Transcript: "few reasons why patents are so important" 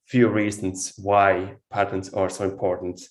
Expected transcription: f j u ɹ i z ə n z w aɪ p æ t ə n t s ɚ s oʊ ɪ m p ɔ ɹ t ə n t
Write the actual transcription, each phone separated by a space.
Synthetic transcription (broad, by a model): f j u ɹ i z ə n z w aɪ p æ t ə n t s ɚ s oʊ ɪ m p ɔ ɹ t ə n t